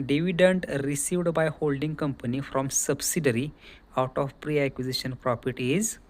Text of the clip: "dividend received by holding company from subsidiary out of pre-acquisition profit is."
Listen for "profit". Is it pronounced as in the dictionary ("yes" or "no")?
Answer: no